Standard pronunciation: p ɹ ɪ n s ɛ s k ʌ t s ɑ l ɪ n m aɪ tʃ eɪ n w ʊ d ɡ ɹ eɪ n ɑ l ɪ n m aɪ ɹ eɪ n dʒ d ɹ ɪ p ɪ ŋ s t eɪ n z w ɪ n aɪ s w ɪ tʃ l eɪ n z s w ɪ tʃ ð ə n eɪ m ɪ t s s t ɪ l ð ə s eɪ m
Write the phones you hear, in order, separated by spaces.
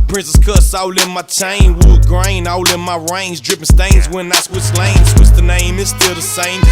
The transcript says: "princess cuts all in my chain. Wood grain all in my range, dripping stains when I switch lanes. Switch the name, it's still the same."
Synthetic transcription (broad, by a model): p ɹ ɪ n s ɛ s k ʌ s ɑ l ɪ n m aɪ tʃ eɪ n w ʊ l ɡ ɹ eɪ n ɑ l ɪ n m aɪ ɹ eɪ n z d ɹ ɪ p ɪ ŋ s t eɪ n z w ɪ n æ s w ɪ s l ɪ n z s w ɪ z ð ə n eɪ m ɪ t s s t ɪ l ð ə s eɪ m